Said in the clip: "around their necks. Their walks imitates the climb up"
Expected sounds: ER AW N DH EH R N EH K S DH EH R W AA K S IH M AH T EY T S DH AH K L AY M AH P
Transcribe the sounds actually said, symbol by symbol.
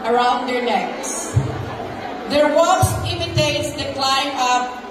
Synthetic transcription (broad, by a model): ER AW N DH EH R N EH K S DH EH R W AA S IH M AH T EY T S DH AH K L AY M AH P